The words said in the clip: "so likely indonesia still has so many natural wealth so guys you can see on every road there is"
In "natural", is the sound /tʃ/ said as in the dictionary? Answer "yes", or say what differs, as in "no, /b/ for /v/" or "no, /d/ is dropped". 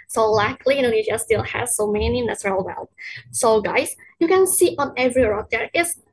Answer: no, /s/ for /tʃ/